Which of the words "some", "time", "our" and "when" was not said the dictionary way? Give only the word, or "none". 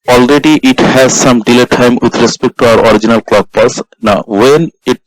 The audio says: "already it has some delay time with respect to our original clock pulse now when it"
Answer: none